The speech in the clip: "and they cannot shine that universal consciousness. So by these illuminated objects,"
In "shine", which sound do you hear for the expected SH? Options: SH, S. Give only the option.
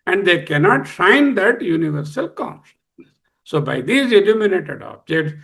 S